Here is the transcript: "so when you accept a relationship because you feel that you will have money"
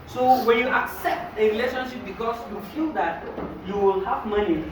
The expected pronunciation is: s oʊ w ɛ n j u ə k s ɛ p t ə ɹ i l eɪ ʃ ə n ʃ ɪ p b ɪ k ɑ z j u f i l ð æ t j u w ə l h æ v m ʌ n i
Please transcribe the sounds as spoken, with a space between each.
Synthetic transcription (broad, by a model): s oʊ w ɛ n j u ə k s ɛ p t ə ɹ i l eɪ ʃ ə n ʃ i p b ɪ k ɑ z j u f i l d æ t j u w ə l h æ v m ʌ n i